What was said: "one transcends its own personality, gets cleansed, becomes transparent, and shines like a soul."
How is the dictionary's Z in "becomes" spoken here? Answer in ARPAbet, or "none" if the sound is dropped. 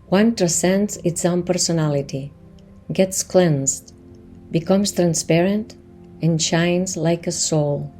S